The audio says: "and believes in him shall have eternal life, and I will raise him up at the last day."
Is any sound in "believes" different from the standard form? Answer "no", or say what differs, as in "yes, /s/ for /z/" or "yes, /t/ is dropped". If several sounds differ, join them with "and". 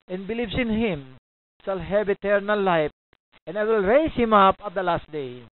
yes, /s/ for /z/